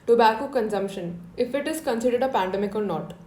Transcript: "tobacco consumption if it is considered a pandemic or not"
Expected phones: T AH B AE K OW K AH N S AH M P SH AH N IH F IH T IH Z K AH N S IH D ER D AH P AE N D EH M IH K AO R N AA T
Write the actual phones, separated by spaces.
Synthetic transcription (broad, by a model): T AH B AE K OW K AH N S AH M P SH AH N IH F IH T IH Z K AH N S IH D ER D AH P AE N D EH M IH K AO L N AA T